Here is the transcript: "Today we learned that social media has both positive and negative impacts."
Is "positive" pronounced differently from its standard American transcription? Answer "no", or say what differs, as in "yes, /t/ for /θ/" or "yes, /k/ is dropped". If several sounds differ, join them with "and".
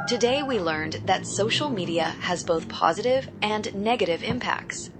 no